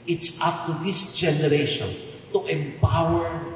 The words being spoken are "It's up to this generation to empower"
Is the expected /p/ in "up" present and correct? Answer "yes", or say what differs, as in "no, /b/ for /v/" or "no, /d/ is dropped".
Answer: no, /f/ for /p/